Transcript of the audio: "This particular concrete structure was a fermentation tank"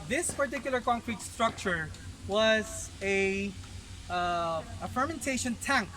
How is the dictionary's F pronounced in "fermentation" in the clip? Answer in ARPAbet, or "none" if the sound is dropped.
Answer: F